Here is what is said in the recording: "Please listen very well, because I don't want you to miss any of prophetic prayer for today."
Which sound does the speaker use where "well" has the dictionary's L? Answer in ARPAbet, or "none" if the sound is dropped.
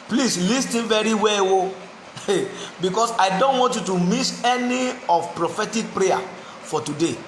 W